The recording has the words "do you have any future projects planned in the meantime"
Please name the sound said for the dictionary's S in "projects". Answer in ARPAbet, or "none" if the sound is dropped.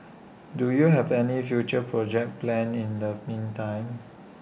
none